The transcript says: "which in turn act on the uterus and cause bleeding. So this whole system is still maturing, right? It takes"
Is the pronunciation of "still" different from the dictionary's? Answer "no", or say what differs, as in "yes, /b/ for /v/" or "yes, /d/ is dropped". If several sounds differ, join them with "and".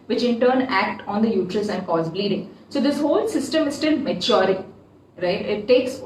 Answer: yes, /n/ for /l/